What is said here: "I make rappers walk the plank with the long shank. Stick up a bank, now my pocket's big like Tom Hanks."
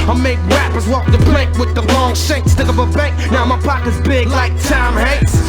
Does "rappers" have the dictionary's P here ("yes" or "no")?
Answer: yes